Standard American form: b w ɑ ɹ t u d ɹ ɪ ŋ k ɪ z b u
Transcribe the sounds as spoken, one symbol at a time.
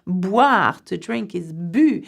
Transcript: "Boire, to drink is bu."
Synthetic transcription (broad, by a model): b w ɑ ɹ t u d ɹ ɪ ŋ k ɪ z b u